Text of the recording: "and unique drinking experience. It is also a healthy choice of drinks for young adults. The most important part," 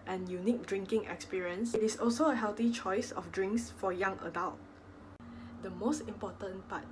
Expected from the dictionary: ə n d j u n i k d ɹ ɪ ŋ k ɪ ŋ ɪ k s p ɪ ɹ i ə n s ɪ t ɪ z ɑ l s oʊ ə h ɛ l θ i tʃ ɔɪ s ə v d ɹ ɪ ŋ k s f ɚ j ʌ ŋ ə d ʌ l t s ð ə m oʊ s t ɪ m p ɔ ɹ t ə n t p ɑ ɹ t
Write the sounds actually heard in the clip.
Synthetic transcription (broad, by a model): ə n j u n i k d ɹ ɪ ŋ k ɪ ŋ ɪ k s p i ɹ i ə n s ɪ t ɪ s ɑ l s oʊ ə h ɛ l t i tʃ ɔɪ s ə f d ɹ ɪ ŋ k s f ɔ j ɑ ŋ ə d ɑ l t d ə m oʊ s t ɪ m p ɔ t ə n p ɑ t